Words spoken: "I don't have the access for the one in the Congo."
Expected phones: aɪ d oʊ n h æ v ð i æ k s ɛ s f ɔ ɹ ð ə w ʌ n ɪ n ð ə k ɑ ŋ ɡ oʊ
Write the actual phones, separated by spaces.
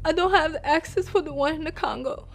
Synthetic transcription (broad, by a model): aɪ d oʊ n h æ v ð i æ k s ɛ s f ɔ ɹ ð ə w ʌ n ɪ n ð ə k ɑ ŋ ɡ oʊ